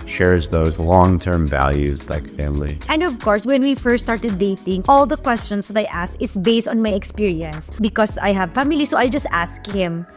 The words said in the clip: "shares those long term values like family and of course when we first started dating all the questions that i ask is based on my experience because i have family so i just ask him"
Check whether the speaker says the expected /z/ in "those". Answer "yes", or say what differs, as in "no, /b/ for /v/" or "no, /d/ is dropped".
yes